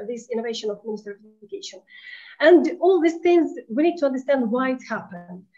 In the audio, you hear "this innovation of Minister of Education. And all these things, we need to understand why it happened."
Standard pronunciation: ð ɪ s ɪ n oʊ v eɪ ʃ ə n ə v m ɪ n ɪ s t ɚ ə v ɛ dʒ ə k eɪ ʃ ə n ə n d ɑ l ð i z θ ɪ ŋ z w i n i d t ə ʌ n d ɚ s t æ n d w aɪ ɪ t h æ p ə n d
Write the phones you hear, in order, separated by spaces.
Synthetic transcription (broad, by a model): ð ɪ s ɪ n oʊ v eɪ ʃ ə n ə v m ɪ n ɪ s t ɚ ə v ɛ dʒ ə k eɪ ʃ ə n ə n d ɑ l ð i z θ ɪ ŋ z w i n i d t ə ʌ n d ɚ s t æ n d w aɪ ɪ t h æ p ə n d